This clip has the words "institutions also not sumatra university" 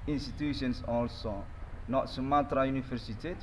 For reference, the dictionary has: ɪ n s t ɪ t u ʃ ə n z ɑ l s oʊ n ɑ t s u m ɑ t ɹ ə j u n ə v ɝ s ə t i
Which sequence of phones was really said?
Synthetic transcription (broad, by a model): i n s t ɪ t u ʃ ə n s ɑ l s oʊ n ɑ t s u m ɑ t ɹ ə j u n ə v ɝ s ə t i